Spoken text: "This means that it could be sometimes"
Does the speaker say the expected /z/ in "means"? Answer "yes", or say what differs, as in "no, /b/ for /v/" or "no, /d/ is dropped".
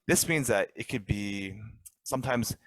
yes